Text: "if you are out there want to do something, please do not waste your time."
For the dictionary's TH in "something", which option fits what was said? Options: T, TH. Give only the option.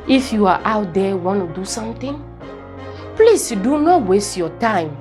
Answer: T